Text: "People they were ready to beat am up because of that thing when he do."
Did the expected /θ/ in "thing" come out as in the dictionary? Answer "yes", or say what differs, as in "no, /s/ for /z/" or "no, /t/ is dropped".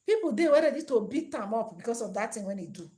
no, /t/ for /θ/